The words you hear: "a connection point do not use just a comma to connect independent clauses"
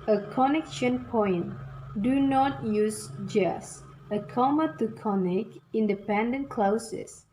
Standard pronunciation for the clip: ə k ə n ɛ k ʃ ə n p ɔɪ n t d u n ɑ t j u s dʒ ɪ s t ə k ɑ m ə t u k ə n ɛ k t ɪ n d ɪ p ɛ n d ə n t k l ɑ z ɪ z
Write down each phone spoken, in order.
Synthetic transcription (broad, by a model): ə k ə n ɛ k ʃ ə n p ɔɪ n d u n ɑ t j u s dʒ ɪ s ə k ɑ m ə t u k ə n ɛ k ɪ n d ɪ p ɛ n d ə n k l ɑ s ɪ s